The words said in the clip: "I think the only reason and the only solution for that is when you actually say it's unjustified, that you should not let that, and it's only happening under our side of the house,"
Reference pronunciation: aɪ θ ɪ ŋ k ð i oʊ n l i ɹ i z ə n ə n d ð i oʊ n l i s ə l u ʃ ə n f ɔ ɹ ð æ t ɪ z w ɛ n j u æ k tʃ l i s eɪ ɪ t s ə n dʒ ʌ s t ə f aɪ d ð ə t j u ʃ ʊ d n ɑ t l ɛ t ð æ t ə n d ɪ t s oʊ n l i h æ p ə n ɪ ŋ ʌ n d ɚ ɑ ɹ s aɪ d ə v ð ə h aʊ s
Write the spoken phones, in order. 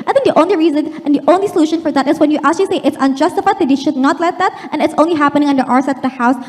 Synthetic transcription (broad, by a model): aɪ θ ɪ ŋ k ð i oʊ n l i ɹ i z ə n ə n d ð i oʊ n l i s ə l u ʃ ə n f ɔ ɹ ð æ t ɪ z w ɛ n j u æ k tʃ l i s eɪ ɪ t s ə n dʒ ʌ s t ə f aɪ d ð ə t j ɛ ʃ ʊ d n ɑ t l ɛ t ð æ t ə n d ɪ t s oʊ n l i h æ p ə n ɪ ŋ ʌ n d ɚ ɑ ɹ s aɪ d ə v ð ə h aʊ s